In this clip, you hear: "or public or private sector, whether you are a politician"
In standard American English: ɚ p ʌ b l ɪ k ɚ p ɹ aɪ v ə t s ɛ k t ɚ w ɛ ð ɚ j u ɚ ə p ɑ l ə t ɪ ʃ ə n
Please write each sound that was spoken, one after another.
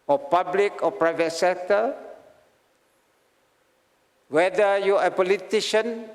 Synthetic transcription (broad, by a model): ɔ p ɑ b l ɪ k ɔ p ɹ aɪ v ə t s ɛ k t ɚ w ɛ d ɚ j u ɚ ə p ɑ l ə t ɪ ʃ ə n